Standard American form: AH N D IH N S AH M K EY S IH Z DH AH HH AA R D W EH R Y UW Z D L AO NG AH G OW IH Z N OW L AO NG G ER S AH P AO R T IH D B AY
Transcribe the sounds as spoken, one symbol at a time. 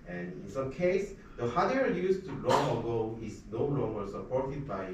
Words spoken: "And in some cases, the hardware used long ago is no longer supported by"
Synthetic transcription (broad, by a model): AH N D IH N S AH M K EY IH S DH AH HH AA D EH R Y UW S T L AO NG AH G OW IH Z N OW L AO NG G ER S AH P AO R T IH D B AY